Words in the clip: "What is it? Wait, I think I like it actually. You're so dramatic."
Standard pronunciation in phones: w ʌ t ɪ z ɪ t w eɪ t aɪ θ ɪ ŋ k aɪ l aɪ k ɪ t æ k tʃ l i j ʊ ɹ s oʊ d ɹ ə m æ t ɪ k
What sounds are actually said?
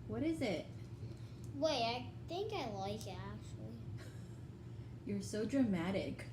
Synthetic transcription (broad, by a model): w ʌ t ɪ z ɪ t w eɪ aɪ θ ɪ ŋ k aɪ l aɪ k ɪ t æ k tʃ l i j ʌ ɹ s oʊ d ɹ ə m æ t ɪ k